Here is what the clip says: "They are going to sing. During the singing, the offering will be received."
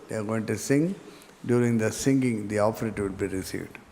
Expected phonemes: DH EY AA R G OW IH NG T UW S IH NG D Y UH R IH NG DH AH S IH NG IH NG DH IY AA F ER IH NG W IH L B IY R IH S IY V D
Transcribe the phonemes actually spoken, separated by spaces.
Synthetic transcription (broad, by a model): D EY AA R G OW IH NG T UW S IH NG D Y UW R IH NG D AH S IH NG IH NG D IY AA P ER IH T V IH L B IY R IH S IY V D